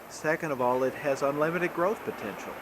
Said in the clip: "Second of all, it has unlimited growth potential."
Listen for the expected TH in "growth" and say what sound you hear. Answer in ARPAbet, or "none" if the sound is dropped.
TH